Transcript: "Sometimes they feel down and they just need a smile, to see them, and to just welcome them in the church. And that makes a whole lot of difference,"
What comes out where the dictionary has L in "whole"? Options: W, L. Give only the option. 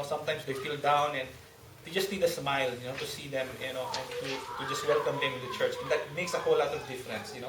W